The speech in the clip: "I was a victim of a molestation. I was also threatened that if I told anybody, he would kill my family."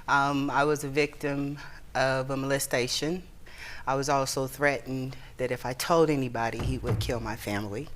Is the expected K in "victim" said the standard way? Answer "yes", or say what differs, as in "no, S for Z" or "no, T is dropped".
yes